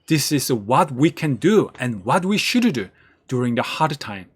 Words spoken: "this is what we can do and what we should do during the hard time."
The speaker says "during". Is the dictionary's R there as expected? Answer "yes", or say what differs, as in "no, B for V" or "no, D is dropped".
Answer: yes